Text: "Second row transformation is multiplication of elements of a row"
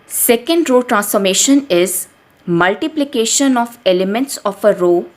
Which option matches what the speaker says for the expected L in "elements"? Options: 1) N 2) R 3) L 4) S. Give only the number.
3